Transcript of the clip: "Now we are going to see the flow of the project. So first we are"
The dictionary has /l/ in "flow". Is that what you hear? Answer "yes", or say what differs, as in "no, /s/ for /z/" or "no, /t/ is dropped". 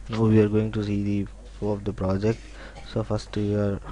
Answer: no, /l/ is dropped